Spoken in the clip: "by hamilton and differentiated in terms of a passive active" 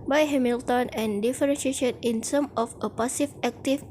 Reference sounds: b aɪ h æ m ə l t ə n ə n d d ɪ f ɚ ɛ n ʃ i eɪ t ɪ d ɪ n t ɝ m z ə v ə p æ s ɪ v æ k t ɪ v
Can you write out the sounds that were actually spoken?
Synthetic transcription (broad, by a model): b aɪ h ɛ m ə l t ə n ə n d d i f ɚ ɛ n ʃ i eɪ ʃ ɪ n ɪ n s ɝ m ə f ə p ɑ s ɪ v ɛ k t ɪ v